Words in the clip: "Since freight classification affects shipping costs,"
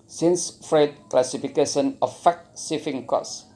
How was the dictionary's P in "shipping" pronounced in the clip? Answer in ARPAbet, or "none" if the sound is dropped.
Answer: F